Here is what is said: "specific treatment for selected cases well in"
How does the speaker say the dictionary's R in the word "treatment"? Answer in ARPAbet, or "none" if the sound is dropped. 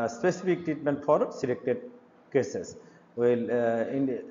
R